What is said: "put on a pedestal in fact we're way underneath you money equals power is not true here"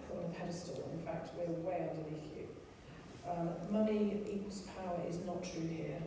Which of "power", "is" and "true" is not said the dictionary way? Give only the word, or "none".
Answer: none